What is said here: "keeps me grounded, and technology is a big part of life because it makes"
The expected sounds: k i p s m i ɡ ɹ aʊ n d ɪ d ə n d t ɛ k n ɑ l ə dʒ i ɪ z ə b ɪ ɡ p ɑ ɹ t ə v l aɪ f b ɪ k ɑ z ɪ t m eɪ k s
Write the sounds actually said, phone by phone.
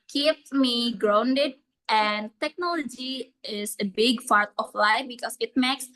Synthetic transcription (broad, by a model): k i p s m i ɡ ɹ aʊ n d ɪ d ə n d t ɛ k n ɑ l ə dʒ i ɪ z ə b ɪ ɡ p ɑ ɹ t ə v l aɪ f b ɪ k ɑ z ɪ t m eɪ k s